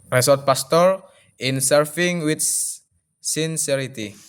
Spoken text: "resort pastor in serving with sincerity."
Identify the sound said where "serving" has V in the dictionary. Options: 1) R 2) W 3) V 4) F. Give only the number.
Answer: 4